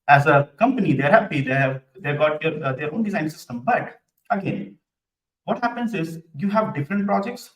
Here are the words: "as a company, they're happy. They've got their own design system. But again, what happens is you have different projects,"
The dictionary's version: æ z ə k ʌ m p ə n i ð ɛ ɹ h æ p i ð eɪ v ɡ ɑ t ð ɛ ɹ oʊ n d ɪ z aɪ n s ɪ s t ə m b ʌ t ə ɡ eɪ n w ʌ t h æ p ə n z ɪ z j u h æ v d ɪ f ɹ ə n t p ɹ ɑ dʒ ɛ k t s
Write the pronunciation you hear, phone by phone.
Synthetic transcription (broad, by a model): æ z ə k ʌ m p ə n i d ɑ ɹ h æ p i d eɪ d ɡ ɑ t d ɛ ɹ oʊ n d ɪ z aɪ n s ɪ s t ə m b ʌ t ə ɡ eɪ n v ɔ t h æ p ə n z ɪ z j u h æ v d ɪ f ɹ ə n t p ɹ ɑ dʒ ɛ k t s